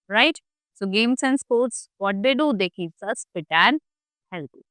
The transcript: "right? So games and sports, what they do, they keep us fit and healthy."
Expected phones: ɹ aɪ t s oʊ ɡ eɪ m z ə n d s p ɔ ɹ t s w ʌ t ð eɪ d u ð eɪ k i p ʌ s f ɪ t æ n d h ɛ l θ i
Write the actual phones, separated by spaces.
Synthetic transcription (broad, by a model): ɹ aɪ t s oʊ ɡ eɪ m s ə n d s p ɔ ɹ t s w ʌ t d eɪ d u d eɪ k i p ʌ s p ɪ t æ n h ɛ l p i